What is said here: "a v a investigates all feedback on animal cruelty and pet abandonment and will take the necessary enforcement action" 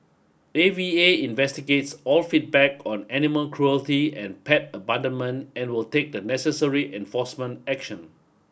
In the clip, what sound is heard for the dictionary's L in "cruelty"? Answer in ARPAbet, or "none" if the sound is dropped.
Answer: L